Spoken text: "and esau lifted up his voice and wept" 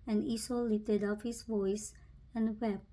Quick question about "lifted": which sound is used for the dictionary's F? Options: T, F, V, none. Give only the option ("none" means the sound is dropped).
none